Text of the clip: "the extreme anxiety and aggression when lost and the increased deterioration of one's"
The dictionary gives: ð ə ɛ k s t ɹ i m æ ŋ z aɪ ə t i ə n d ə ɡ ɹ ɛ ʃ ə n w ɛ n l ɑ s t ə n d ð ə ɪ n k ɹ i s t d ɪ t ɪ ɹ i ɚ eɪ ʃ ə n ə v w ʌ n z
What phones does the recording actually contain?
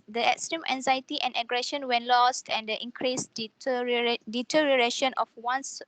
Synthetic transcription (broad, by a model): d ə ɛ k s t ɹ i m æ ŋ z aɪ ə t i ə n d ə ɡ ɹ ɛ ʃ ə n w ɛ n l ɑ s t ə n d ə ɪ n k ɹ i s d d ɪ t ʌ ɹ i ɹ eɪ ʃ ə n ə f w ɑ n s